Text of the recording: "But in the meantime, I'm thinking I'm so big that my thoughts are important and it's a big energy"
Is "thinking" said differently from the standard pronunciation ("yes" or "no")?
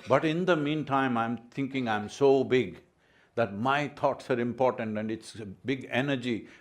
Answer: yes